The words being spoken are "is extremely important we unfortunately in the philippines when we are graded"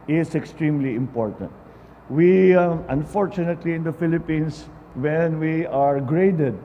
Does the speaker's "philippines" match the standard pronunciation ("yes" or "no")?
no